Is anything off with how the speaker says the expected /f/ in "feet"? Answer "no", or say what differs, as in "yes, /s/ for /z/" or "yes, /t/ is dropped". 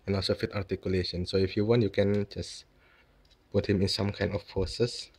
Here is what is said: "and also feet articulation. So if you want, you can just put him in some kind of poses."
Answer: no